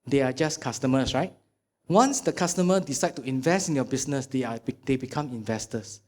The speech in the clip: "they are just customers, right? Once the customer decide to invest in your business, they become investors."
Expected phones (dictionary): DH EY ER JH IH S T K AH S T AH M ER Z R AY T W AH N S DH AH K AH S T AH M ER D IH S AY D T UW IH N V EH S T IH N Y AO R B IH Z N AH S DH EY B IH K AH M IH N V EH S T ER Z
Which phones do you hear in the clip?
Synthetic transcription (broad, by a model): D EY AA JH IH S K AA S T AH M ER S R AY T W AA N S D AH K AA S T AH M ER D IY S AY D T UW IH N V EH S T IH N Y AO B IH S N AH S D EY B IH K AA M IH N V EH S T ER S